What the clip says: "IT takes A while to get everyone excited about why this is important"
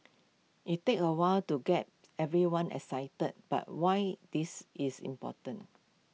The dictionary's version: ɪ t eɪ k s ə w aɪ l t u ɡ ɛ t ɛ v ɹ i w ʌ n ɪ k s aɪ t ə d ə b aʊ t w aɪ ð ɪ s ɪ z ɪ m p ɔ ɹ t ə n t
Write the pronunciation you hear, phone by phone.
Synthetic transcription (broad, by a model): ɪ t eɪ k ə w aɪ l t u ɡ ɛ t ɛ v ɹ i w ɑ n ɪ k s aɪ t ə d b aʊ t w aɪ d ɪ s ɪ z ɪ m p ɔ t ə n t